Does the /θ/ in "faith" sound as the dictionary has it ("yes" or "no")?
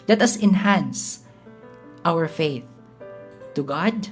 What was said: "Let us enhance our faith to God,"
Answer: yes